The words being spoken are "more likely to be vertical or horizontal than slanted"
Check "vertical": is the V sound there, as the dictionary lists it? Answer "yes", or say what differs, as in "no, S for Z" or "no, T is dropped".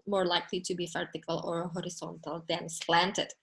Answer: no, F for V